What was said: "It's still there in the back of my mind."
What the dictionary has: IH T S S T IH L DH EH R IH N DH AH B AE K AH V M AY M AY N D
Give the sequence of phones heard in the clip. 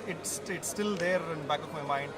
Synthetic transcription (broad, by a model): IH T S S T IH L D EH R IH N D B AE K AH P M AY M AY N D